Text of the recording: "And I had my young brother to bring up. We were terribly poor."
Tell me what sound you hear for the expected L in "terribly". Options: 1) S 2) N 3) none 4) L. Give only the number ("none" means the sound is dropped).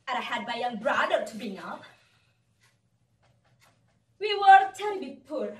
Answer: 3